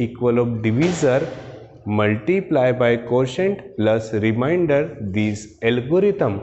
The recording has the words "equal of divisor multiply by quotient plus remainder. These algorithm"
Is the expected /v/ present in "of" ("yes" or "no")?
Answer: no